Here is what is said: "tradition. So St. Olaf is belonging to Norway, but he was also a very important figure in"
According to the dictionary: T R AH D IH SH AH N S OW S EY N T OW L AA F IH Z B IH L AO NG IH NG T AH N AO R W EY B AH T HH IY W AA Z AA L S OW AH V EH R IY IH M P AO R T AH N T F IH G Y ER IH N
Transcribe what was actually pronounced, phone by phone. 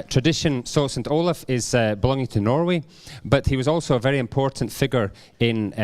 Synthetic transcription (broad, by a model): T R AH D IH SH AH N S OW S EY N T OW L AA F IH Z B IH L AO NG IH NG T AH N AO R W EY B AH T HH IY W AA Z AA L S OW AH V EH R IY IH M P AO R T N T F IH G Y ER IH N